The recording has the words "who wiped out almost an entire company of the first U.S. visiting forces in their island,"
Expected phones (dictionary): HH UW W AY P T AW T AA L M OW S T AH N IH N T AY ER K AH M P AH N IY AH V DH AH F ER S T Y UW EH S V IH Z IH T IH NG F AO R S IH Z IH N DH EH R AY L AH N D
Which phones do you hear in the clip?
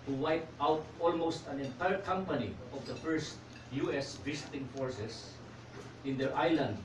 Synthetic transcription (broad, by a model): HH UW W AY P T AW T AA L M OW S T AH N IH N T AY ER K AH M P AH N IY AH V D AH F ER S T Y UW EH S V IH S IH T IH NG F AO R S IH S IH N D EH R AY L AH N D